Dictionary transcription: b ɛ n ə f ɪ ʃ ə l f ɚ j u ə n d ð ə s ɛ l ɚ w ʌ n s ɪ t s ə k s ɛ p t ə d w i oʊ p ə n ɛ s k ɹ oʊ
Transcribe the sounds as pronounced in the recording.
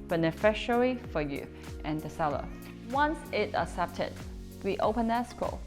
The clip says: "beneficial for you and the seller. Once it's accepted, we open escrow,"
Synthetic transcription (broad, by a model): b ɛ n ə f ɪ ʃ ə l f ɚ j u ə n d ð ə s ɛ l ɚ w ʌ n s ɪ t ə s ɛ p t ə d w i oʊ p ə n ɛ s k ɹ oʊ